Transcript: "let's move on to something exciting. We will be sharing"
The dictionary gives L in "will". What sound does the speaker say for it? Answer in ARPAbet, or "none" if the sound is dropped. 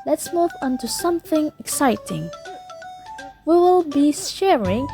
L